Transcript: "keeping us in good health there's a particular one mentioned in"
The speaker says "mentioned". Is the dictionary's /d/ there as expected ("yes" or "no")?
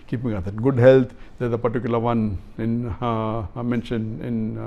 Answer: no